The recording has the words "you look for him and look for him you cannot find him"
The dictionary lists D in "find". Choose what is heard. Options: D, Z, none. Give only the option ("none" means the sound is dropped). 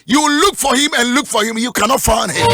none